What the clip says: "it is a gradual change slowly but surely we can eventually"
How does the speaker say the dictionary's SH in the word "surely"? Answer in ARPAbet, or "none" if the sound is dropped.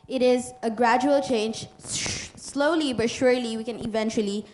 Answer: SH